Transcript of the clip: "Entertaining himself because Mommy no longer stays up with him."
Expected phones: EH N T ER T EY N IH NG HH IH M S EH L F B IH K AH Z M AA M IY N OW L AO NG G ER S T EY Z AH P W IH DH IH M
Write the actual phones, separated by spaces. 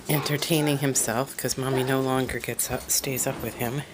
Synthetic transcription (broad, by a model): EH N T ER T EY N IH NG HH IH M S EH L F K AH Z M AA M IY N OW L AO NG G ER S T EY Z AH P W IH DH IH M